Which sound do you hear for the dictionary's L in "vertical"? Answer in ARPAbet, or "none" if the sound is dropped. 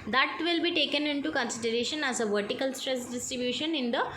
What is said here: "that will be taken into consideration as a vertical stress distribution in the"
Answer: L